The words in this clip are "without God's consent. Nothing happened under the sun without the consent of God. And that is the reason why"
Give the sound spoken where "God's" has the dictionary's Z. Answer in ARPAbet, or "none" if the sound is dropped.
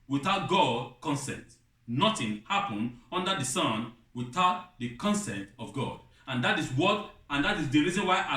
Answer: none